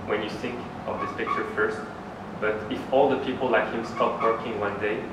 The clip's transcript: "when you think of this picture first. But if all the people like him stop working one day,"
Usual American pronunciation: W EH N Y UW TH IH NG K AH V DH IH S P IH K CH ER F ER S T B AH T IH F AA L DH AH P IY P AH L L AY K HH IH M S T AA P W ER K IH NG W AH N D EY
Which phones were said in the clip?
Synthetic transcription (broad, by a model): W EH N Y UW TH IH NG K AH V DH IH S P IH K CH ER F ER S T B AH T IH F AA L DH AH P IY P AH L L AY K HH IH M S T AA P W ER K IH NG W AH N D EY